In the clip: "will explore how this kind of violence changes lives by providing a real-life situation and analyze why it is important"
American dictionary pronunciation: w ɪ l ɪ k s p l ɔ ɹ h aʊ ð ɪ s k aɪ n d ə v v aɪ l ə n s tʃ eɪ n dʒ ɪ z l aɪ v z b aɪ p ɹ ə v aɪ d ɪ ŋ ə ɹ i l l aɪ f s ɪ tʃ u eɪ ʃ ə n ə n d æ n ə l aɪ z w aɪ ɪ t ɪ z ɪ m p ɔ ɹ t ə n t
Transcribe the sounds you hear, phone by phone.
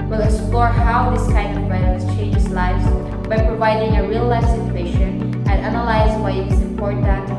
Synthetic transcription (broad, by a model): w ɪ l ɪ k s p l ɔ ɹ h aʊ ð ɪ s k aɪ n ə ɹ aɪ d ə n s tʃ eɪ n dʒ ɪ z l aɪ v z b aɪ p ɹ ə v aɪ d ɪ ŋ ə ɹ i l l aɪ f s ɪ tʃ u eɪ ʃ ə n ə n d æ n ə l aɪ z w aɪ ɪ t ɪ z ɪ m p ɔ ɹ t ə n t